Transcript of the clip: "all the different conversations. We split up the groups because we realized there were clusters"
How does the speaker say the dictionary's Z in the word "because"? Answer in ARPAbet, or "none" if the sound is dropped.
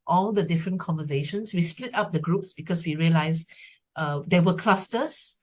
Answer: S